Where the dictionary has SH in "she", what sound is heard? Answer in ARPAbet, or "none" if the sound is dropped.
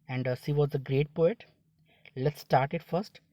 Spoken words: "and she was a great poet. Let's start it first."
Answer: S